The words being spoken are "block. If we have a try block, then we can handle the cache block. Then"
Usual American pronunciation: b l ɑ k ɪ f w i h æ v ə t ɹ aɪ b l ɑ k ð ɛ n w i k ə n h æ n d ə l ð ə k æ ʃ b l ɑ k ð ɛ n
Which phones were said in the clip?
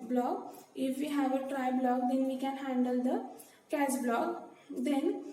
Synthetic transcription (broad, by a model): b l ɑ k ɪ f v i h æ v ə t ɹ aɪ b l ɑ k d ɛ n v i k ə n h æ n d ə l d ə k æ s b l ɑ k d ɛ n